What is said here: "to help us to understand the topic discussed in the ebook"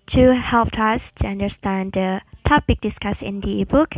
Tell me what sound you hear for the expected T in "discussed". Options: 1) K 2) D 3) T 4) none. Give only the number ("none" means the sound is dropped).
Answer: 4